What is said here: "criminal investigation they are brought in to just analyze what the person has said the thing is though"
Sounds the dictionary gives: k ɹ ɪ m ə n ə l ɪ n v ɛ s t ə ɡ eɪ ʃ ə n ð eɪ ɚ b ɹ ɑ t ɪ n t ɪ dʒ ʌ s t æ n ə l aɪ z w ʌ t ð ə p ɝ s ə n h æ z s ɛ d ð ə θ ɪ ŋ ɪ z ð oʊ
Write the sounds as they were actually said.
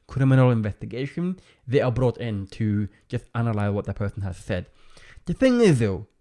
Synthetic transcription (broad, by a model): k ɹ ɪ m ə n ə l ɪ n v ɛ s t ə ɡ eɪ ʃ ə n ð eɪ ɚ b ɹ ɑ t ɪ n t ɪ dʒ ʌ s t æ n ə l aɪ z w ʌ t ð ə p ɝ s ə n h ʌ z s ɛ d ð ə θ ɪ ŋ ɪ z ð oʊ